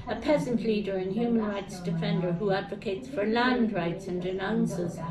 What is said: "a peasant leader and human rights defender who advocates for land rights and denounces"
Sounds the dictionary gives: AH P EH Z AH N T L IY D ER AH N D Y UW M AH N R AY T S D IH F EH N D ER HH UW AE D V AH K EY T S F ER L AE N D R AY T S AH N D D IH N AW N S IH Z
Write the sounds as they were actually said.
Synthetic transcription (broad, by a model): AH P EH Z AH N T L IY D ER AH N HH Y UW M AH N R AY T S D IH F EH N D ER HH UW AE D V AH K EY T S F ER L AE N D R AY T S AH N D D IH N AW N S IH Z